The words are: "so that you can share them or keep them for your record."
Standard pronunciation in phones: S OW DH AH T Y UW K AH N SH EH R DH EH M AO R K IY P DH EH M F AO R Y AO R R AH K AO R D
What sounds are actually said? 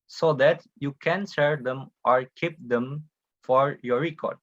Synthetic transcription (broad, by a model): S OW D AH T Y UW K AH N S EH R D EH M AO R K IY P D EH M F AO R Y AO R R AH K AO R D